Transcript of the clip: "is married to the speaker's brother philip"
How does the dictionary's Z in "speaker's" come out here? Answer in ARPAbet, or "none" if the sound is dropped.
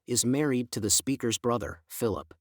Z